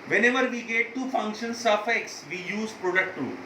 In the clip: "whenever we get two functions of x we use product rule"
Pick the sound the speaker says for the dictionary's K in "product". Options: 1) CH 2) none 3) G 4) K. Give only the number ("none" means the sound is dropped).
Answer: 4